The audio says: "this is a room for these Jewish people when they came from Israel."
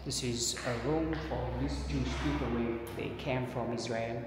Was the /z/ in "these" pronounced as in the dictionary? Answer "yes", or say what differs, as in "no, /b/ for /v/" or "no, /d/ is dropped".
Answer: no, /s/ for /z/